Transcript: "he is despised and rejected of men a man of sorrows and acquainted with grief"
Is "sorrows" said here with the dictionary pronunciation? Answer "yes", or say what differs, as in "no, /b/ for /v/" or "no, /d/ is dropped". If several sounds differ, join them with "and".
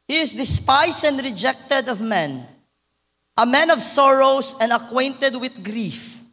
no, /s/ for /z/